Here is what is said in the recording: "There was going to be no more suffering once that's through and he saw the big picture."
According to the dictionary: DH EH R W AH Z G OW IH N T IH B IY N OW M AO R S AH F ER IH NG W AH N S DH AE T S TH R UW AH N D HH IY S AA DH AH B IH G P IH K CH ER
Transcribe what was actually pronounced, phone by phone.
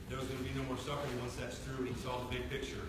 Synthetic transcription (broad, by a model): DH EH R W AH Z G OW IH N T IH B IY N OW M AO R S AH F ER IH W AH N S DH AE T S TH R UW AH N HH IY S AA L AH B IH G P IH K CH ER